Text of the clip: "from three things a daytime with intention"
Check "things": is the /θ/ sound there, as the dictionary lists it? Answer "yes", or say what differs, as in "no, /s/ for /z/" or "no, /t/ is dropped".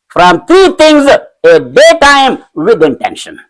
no, /t/ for /θ/